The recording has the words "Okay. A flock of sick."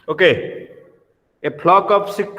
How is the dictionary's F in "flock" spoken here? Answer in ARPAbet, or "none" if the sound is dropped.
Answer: P